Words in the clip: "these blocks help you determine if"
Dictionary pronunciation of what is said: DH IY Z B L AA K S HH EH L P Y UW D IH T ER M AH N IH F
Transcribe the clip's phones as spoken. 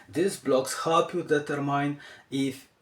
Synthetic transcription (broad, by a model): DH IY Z B L AA K S HH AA P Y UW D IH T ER M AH N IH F